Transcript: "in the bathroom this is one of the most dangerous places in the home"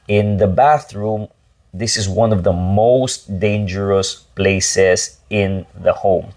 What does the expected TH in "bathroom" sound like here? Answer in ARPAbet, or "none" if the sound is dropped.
TH